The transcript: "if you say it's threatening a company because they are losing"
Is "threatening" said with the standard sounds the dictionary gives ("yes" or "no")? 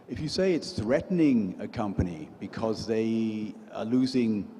yes